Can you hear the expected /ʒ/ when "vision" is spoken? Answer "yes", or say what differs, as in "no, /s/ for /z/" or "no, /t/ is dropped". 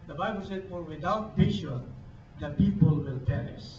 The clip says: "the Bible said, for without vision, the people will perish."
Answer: no, /ʃ/ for /ʒ/